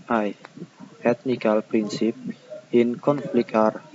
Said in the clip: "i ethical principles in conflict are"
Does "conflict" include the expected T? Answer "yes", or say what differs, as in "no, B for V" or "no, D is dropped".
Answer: no, T is dropped